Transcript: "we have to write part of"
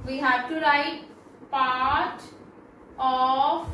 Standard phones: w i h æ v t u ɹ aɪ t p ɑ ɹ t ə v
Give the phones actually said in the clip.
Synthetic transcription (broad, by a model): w i h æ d t u ɹ aɪ t p ɑ ɹ t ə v